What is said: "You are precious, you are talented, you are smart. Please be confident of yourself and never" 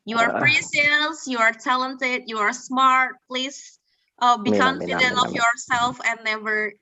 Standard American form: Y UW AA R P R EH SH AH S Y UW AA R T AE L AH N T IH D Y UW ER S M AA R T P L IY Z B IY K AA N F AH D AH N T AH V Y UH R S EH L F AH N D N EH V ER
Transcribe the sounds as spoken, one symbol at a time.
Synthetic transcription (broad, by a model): Y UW AA R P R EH S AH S Y UW AA R T AE L AH N T IH D Y UW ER S M AA R T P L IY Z B IY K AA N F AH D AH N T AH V Y UH R S EH L F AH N N EH V ER